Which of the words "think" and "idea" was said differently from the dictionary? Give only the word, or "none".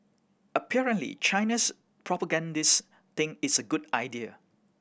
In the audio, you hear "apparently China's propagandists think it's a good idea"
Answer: think